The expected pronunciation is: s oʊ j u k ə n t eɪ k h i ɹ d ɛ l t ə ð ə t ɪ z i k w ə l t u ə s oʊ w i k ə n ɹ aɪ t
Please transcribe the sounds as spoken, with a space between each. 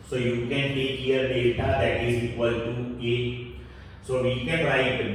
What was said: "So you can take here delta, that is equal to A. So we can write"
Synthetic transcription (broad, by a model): s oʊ j u k ə n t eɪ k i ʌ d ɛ t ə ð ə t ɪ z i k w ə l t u ə s oʊ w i k ə n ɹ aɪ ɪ